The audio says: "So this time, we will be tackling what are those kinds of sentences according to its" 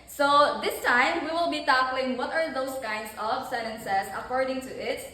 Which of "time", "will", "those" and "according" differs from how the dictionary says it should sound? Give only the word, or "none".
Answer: those